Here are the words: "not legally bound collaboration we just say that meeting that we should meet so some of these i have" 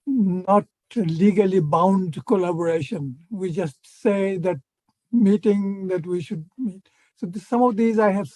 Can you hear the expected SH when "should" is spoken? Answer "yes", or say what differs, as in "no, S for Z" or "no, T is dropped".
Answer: yes